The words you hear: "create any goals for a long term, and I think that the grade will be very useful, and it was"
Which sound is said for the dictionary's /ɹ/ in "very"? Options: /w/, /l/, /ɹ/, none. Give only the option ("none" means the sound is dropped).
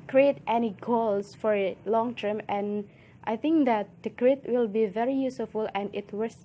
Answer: /ɹ/